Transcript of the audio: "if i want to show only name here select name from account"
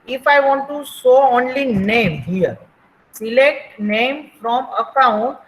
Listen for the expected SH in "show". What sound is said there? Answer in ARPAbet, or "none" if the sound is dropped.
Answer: S